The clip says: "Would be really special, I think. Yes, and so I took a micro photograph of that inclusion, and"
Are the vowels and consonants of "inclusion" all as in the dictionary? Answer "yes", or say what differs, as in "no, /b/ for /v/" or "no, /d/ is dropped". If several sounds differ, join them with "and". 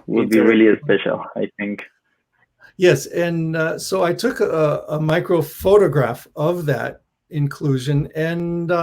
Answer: yes